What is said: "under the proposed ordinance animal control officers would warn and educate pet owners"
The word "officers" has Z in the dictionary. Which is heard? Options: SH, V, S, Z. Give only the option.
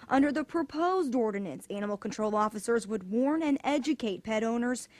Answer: Z